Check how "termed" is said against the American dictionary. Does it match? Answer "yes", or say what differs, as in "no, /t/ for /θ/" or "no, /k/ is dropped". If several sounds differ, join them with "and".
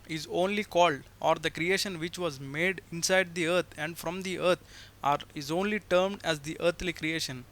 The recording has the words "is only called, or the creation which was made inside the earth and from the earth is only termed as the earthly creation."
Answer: yes